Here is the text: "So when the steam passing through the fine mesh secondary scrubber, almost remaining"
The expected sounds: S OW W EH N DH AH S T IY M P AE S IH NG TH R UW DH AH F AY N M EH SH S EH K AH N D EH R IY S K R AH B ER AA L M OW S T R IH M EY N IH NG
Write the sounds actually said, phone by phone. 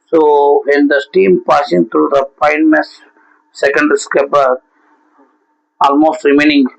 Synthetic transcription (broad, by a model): S OW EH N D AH S T IY M P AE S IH NG T R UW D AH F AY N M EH S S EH K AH N D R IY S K AH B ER AA L M OW S T R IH M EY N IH NG